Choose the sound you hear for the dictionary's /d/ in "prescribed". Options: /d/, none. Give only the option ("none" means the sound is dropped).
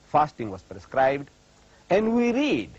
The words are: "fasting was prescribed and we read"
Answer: /d/